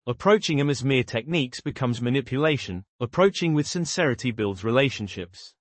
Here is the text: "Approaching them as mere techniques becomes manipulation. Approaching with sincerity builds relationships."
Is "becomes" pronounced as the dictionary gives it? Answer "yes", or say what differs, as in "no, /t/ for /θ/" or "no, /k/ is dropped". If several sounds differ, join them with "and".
yes